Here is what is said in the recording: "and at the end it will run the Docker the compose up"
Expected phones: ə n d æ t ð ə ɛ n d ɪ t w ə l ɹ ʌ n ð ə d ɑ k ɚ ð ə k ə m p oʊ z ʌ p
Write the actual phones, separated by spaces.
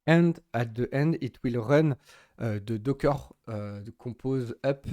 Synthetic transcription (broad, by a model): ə n d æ t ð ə ɛ n d ɪ t w ə l ɹ ʌ n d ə d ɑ k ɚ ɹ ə k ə p oʊ z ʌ p